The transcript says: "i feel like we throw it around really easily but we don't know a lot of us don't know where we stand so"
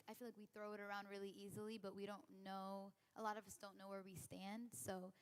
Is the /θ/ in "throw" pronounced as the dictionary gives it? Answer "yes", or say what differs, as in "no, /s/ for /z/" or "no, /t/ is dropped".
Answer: yes